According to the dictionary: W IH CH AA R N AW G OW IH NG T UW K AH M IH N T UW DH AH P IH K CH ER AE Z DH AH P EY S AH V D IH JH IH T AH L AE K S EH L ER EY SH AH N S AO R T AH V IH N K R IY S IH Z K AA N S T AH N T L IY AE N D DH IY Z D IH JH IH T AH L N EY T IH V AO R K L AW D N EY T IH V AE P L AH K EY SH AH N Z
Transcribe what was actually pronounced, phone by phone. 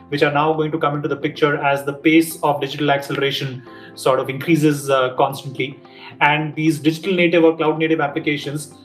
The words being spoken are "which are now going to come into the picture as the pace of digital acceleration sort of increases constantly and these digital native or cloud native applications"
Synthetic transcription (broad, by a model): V IH CH AA R N AW G OW IH NG T UW K AH M IH N T UW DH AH P IH K CH ER AE Z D AH P EY S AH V D IH JH IH T AH L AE K S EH L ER EY SH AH N S AO R T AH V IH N K R IY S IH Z K AA N S T AH N T L IY AE N D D IY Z D IH JH IH T AH L N EY T IH V AO R K L AW D N EY T IH V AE P L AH K EY SH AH N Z